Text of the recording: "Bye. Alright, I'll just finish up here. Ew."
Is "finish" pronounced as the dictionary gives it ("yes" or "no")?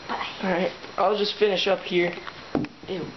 yes